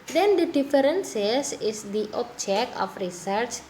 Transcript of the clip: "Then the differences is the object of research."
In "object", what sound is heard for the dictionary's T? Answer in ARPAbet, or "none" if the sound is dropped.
none